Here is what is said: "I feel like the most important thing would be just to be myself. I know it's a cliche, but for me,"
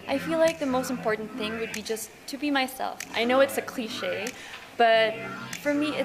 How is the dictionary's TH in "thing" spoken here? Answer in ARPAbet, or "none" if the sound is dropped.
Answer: TH